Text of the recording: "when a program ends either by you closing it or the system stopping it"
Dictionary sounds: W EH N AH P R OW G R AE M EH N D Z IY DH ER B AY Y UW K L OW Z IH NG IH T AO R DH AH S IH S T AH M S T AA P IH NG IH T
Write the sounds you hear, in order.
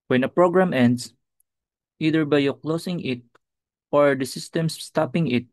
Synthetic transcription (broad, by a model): W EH N AH P R OW G R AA M EH N D S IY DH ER B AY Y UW K L OW S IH NG IH T AO R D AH S IH S T AH M S T AA P IH NG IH T